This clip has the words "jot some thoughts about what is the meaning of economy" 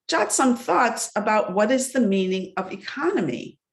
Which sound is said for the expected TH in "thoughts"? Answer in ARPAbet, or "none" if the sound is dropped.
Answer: TH